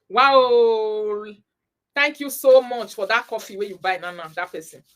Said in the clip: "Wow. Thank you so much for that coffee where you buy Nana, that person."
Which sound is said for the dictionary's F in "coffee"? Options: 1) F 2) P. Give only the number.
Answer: 1